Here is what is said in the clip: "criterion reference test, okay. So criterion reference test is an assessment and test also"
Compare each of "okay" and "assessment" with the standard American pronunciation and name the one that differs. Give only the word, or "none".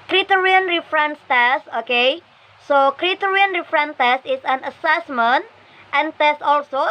none